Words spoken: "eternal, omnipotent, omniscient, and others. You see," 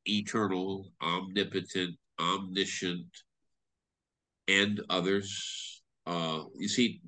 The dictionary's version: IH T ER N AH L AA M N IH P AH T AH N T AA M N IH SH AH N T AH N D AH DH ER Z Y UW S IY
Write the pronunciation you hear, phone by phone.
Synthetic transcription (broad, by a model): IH T ER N L AA M N IH P AH T AH N T AA M N IH SH AH N T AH N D AH DH ER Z Y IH S IY